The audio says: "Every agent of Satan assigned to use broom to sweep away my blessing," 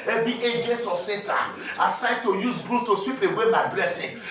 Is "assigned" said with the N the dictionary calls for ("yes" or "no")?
no